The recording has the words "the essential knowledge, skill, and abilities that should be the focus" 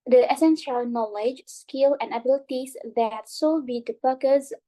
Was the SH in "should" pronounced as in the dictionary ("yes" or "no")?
no